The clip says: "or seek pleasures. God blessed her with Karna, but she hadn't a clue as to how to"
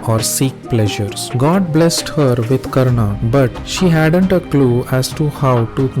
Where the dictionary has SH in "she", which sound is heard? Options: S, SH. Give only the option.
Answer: SH